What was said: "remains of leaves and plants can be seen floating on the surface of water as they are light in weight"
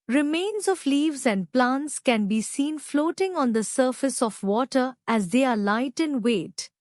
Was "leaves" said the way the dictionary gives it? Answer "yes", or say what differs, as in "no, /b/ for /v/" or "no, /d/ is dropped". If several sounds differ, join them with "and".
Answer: yes